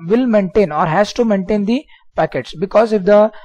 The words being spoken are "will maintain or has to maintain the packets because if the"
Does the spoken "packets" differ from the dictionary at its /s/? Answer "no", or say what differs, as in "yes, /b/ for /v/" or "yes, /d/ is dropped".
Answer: no